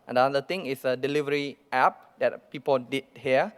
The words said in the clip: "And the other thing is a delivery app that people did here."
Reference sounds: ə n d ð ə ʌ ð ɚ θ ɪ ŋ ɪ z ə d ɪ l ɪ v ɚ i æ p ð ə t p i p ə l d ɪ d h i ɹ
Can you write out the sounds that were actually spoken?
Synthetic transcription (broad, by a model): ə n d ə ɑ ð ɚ t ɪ ŋ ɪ s ə d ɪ l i v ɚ i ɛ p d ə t p i p ə l d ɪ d h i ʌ